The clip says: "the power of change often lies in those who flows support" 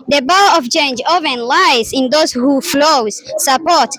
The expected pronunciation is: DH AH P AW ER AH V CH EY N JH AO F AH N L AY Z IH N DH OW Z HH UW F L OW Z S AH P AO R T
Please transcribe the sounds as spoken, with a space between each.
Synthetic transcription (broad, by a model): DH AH B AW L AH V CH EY N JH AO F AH N L AY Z IH N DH OW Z HH UW F L OW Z S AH P AO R T